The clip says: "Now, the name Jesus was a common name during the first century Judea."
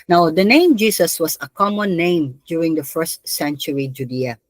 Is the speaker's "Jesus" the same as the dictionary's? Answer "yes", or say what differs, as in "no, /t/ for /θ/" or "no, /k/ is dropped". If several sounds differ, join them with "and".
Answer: no, /s/ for /z/